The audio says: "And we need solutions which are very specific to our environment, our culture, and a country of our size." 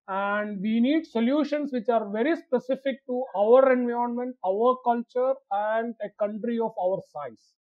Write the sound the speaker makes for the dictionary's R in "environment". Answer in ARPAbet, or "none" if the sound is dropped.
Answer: none